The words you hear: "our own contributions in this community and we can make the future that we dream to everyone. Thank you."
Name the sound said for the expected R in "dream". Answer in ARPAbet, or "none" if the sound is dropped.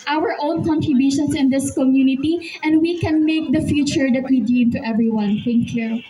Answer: none